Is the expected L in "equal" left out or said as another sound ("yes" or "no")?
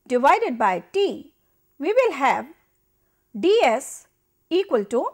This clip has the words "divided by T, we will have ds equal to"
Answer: no